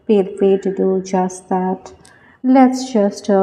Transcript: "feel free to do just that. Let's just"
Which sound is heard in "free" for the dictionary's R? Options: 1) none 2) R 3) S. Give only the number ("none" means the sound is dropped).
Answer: 1